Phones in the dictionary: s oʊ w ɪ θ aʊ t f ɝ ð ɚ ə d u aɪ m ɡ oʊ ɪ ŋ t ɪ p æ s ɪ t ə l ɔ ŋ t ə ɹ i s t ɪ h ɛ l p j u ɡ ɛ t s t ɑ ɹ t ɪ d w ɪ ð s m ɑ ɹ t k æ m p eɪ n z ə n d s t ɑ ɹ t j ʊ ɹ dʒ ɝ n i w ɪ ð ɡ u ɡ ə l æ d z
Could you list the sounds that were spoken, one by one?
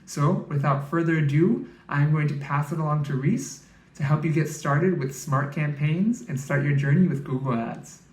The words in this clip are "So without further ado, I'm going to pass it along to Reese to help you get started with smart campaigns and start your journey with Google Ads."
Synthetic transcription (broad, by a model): s oʊ w ɪ θ aʊ t f ɝ ð ɚ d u aɪ m ɡ oʊ ɪ ŋ t ɪ p æ s ɪ t ə l ɔ ŋ t ə ɹ i s t ɪ h ɛ l p j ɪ ɡ ɛ t s t ɑ ɹ t ɪ d w ɪ ð s m ɑ ɹ t k æ m p eɪ n z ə n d s t ɑ ɹ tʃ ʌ ɹ dʒ ɝ n i w ɪ ð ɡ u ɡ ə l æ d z